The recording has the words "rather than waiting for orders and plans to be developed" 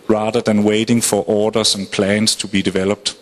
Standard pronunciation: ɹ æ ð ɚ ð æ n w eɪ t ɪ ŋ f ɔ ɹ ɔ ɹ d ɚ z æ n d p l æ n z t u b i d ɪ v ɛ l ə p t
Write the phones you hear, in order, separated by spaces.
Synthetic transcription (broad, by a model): ɹ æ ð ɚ ð æ n w eɪ t ɪ ŋ f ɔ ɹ ɔ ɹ d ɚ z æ n p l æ n s t u b i d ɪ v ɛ l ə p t